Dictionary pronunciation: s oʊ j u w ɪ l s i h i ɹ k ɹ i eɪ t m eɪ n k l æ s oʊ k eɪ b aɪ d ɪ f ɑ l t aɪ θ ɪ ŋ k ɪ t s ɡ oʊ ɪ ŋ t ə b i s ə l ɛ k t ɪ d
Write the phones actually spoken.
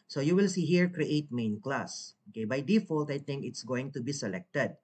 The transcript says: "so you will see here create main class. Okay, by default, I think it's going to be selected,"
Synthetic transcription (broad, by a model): s oʊ j u w ɪ l s i h i ɹ k ɹ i eɪ t m eɪ n k l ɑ s oʊ k eɪ b aɪ d ɪ f ɑ l t aɪ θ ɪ ŋ k ɪ t s ɡ oʊ ɪ ŋ t ə b i s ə l ɛ k t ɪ d